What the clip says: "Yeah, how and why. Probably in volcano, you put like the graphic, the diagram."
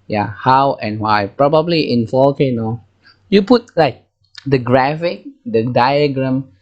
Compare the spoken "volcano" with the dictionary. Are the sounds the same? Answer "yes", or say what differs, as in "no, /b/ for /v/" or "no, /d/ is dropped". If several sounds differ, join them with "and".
no, /f/ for /v/ and /l/ is dropped